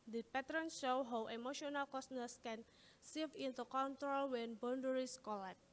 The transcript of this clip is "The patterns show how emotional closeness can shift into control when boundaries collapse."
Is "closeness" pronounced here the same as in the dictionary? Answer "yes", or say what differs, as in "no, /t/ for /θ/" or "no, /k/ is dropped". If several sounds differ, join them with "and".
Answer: no, /l/ is dropped